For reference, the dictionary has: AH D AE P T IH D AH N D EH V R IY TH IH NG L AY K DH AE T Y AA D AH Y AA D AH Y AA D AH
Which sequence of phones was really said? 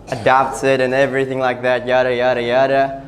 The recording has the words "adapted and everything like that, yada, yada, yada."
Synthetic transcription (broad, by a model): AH D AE P T IH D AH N EH V R IY TH IH NG L AY K DH AE T Y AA D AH Y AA D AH Y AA D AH